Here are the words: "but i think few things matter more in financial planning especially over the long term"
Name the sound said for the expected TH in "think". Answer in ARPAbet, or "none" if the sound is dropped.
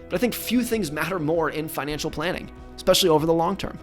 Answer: TH